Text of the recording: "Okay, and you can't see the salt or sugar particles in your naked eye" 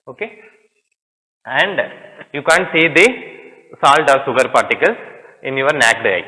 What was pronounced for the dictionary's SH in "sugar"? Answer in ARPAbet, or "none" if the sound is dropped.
S